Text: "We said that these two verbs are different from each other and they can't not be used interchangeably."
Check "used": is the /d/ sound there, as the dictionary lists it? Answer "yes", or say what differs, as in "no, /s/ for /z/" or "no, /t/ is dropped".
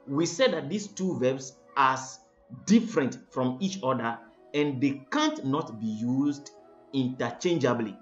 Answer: yes